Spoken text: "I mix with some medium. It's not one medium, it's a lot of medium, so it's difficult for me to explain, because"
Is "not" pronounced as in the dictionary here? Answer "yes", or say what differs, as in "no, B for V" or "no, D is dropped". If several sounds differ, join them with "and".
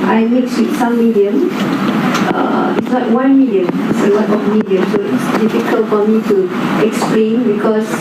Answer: no, L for N